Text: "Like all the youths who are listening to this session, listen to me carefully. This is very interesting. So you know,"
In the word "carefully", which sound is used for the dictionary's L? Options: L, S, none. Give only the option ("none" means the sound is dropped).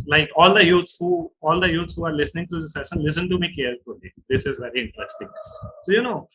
none